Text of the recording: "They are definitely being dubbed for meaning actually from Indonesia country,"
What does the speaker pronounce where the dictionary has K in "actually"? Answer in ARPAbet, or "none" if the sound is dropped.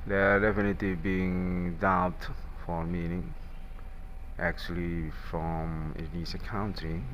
K